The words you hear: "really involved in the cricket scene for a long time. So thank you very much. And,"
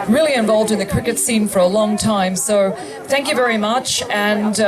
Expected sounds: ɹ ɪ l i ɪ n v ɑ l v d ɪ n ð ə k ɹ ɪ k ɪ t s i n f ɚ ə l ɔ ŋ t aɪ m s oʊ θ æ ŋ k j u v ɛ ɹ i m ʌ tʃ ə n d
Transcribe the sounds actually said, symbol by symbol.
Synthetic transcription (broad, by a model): ɹ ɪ l i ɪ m v ɑ l v d ɪ n ð ə k ɹ ɪ k ɪ t s i n f ɚ ə l ɔ ŋ t aɪ m s oʊ θ æ ŋ k j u v ɛ ɹ i m ʌ tʃ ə n